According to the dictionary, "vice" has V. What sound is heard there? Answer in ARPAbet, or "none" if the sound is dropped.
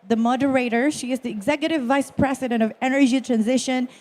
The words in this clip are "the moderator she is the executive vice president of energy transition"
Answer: V